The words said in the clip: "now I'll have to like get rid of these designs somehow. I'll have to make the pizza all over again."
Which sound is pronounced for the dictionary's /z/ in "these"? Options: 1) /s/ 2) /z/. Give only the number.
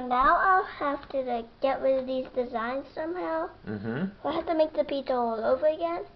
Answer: 2